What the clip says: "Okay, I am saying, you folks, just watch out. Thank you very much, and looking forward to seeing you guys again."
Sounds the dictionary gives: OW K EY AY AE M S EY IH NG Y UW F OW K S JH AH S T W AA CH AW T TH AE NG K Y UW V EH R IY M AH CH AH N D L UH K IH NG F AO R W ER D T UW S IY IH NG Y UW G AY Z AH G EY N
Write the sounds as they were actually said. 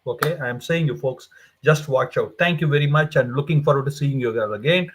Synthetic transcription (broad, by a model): OW K EY AY M S EY IH NG Y UW F OW K S JH AH S T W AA CH AW T T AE NG K Y UW V EH R IY M AH CH AH N D L UH K IH NG F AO R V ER T UW S IY IH NG Y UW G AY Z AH G EY N